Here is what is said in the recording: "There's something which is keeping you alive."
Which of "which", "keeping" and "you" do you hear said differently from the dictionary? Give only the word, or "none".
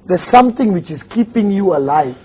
none